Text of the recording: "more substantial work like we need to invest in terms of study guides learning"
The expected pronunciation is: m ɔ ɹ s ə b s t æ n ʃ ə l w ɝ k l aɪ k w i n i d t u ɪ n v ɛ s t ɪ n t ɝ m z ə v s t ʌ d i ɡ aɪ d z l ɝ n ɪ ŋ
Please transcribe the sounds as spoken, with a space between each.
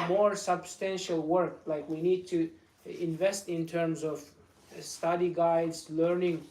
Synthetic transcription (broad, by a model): m ɔ ɹ s ə b s t æ n ʃ ə l w ɝ k l aɪ k w i n i d t u ɪ n v ɛ s t ɪ n t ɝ m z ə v s t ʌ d i ɡ aɪ d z l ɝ n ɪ ŋ